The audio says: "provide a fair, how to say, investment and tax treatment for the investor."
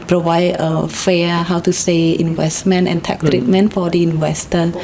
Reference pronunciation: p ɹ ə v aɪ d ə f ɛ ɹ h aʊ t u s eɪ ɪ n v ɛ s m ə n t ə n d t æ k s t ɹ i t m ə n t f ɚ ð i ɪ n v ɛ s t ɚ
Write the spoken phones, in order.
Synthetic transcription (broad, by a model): p ɹ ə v aɪ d ə f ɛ h aʊ t u s eɪ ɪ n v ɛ s m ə n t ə n t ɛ k t ɹ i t m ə n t f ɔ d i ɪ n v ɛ s t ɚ